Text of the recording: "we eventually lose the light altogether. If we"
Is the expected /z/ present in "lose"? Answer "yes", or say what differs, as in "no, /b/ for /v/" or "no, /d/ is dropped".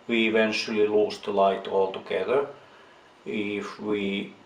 no, /s/ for /z/